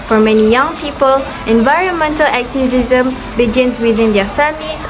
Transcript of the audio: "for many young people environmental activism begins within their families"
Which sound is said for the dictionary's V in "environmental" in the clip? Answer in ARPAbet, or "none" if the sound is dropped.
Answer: V